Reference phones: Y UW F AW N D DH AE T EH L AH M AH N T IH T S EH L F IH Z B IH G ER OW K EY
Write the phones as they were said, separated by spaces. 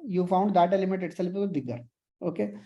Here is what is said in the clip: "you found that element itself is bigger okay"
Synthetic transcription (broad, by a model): Y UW F AW N D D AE T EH L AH M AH T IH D S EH L P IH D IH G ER OW K EY